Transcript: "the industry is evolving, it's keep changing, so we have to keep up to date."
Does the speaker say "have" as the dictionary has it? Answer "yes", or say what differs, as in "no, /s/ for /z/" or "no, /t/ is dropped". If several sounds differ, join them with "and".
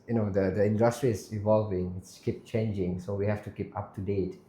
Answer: no, /f/ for /v/